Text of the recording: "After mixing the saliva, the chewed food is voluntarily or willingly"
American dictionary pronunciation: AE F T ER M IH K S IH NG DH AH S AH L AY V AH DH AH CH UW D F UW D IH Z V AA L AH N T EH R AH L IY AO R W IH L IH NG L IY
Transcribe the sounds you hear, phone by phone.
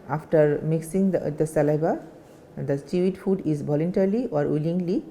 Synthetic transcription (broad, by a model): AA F T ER M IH K S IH NG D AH S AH L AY B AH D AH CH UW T F UW D IH Z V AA L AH N T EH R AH L IY AO R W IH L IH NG L IY